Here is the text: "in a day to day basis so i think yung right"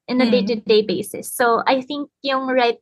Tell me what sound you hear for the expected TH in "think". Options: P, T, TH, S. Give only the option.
TH